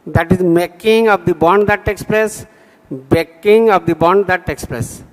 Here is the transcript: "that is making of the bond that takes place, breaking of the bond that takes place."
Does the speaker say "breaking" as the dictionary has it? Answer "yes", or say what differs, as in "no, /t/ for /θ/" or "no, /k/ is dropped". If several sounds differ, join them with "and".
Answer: no, /ɹ/ is dropped